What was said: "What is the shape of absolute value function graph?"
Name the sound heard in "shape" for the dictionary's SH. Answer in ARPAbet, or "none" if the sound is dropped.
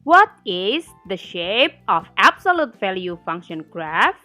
SH